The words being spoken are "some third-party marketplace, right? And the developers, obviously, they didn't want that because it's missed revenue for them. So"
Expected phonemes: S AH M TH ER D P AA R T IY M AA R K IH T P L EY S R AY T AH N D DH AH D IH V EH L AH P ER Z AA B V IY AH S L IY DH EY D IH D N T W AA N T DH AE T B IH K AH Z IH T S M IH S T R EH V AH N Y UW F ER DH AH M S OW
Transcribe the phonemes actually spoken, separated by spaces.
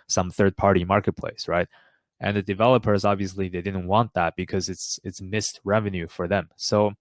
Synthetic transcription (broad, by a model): S AH M TH ER D P AA R T IY M AA R K IH T P L EY S R AY T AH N DH AH D IH V EH L AH P ER Z AA B V IY AH S L IY DH EY D IH D N T W AA N DH AE T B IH K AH Z IH T S M IH S T R EH V AH N Y UW F ER DH AH M S OW